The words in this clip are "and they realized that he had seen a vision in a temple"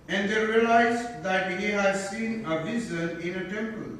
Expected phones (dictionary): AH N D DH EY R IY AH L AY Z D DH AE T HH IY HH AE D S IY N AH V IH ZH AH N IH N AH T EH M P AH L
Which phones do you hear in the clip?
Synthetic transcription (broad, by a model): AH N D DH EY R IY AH L AY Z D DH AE T HH IY HH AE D S IY N AH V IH Z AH N IH N AH T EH M P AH L